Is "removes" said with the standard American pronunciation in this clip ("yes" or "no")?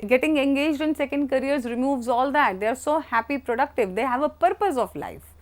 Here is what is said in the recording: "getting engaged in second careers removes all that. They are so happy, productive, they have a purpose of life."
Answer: yes